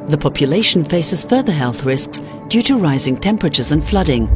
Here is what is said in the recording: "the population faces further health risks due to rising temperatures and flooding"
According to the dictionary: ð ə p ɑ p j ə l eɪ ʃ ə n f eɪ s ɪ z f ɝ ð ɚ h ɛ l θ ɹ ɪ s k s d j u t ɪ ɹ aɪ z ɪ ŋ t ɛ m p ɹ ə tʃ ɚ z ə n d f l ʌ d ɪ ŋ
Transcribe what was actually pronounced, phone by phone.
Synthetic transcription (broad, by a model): ð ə p ɑ p j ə l eɪ ʃ n f eɪ s ɪ z f ɝ ð ɚ h ɛ l θ ɹ ɪ s k s d j u t ɪ ɹ aɪ z ɪ ŋ t ɛ m p ɹ ə tʃ ɚ z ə n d f l ʌ d ɪ ŋ